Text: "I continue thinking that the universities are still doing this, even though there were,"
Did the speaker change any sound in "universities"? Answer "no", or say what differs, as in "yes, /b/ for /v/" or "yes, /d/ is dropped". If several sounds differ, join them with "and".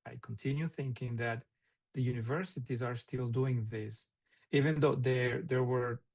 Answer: no